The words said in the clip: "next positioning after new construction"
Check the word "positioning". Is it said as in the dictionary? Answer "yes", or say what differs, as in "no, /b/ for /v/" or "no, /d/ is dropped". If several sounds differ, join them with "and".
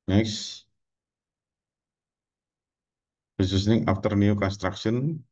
no, /b/ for /p/ and /s/ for /z/